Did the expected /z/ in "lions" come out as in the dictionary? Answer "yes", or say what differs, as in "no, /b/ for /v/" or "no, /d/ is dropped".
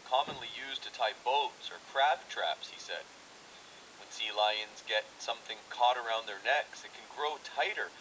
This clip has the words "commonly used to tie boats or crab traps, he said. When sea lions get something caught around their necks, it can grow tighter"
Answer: yes